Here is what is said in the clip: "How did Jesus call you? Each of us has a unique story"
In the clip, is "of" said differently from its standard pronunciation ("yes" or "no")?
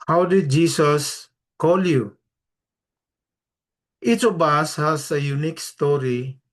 yes